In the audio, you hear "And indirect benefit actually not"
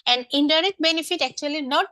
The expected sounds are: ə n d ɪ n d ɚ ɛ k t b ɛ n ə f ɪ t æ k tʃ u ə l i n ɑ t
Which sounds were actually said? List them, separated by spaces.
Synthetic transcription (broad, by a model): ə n d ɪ n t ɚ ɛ t b ɛ n ə f ɪ t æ k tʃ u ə l i n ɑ t